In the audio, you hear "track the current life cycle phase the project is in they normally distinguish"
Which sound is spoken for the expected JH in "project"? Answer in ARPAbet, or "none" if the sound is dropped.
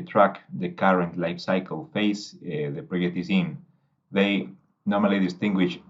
none